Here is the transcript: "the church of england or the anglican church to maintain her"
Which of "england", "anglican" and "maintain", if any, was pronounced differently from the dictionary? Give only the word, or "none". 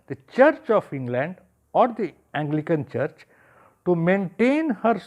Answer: none